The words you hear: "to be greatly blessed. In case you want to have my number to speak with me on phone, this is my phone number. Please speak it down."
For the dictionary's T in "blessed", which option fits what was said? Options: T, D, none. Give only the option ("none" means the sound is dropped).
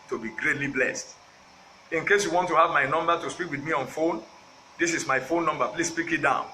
T